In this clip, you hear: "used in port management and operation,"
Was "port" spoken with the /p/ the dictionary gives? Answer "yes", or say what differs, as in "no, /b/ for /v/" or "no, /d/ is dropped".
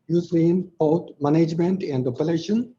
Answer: no, /b/ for /p/